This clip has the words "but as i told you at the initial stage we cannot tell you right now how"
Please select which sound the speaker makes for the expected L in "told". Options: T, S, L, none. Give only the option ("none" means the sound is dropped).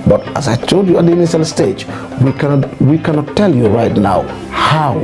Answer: none